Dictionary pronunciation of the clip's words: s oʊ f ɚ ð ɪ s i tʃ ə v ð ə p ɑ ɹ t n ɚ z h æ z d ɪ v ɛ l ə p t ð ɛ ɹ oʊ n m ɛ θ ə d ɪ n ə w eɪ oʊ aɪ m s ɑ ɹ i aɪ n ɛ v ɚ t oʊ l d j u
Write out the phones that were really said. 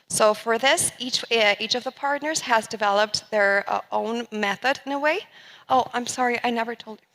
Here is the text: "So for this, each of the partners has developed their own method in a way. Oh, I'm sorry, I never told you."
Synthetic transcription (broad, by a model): s oʊ f ɚ ð ɪ s i tʃ ə v ð ə p ɑ ɹ t n ɚ z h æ z d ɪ v ɛ l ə p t ð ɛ ɹ oʊ n m ɛ θ ə d ɪ n ə w eɪ oʊ aɪ m s ɑ ɹ i aɪ n ɛ v ɚ t oʊ l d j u